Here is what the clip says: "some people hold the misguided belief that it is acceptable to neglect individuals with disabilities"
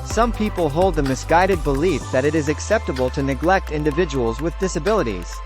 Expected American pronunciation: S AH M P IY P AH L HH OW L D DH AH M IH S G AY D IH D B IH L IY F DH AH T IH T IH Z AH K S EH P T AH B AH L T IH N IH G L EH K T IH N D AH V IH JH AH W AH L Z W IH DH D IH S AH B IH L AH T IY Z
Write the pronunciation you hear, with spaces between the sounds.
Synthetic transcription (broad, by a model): S AH M P IY P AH L HH OW L D DH AH M IH S G AY D IH D B IH L IY F DH AH T IH T IH Z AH K S EH P T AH B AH L T IH N IH G L EH K T IH N D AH V IH JH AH W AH L Z W IH DH D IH S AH B IH L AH T IY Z